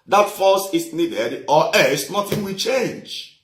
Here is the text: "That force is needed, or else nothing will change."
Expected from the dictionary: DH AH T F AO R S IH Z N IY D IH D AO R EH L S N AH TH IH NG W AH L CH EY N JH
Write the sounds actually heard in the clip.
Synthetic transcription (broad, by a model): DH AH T F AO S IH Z N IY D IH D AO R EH S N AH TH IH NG W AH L CH EY N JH